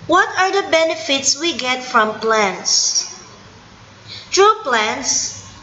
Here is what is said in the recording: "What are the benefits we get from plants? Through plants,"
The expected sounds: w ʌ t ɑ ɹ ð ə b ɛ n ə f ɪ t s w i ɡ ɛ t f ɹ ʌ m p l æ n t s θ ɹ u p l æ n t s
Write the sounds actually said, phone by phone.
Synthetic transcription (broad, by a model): w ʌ t ɑ ɹ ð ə b ɛ n ə f ɪ t s w i ɡ ɛ t f ɹ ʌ m p l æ n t s t ɹ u p l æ n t s